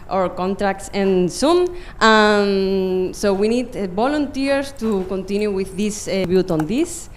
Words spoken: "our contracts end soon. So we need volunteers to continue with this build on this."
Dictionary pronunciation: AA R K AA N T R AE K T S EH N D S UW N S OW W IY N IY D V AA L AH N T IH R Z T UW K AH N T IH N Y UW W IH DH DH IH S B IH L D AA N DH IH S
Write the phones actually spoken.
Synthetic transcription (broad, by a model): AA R K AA N T R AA K T S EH N S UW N S OW W IY N IY D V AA L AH N T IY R T UW K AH N T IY N Y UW W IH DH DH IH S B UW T AA N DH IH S